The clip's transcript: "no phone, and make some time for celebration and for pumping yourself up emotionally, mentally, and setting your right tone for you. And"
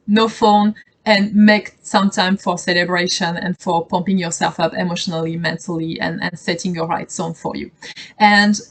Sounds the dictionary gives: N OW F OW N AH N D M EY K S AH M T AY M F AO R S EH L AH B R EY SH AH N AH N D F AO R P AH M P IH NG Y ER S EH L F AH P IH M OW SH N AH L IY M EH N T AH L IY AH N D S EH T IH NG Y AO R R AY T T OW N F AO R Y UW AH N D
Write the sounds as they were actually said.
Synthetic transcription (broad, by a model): N OW F OW N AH N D M EY K S AH M T AY M F AO R S EH L AH B R EY SH AH N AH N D F AO R P AH M P IH NG Y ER S EH L F AH P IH M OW SH N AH L IY M EH N T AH L IY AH N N S EH T IH NG Y AO R R AY T S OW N F AO R Y UW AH N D